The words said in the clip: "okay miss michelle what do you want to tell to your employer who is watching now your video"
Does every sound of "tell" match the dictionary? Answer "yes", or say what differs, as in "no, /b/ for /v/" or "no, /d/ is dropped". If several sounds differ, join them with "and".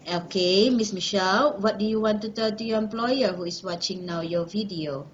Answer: no, /n/ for /l/